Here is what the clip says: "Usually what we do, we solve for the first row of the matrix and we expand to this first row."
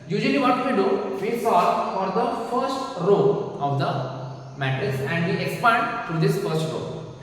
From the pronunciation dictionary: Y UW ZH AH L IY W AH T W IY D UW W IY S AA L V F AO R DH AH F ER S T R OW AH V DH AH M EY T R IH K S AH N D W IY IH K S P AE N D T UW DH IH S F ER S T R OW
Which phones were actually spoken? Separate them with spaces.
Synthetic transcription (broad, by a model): Y UW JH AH L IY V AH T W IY D UW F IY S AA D F AO R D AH F ER S T R OW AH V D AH M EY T IH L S AH N D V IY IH K S P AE N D T UW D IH S F ER S T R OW